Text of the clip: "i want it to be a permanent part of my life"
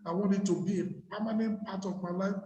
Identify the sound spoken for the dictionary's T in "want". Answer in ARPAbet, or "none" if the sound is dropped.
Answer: none